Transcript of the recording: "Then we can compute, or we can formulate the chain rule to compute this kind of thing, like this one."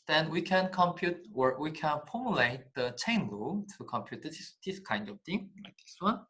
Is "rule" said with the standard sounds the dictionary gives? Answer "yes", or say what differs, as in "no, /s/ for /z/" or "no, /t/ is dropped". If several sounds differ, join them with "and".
no, /l/ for /ɹ/